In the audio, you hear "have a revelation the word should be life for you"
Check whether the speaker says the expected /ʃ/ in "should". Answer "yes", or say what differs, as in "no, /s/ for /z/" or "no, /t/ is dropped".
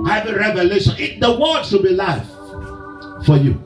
no, /s/ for /ʃ/